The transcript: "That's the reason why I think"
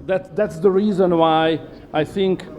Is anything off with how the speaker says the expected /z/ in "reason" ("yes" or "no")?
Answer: no